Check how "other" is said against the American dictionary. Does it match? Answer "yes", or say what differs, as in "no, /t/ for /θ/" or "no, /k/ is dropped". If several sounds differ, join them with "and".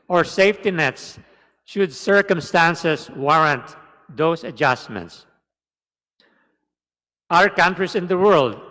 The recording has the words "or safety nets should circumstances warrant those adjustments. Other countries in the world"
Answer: no, /ð/ is dropped